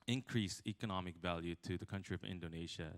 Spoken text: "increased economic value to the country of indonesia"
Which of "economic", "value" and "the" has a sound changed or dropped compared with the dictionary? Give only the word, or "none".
none